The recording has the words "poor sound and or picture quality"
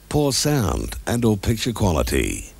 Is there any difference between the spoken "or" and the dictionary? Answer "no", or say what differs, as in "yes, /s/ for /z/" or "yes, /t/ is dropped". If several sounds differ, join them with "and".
yes, /l/ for /ɹ/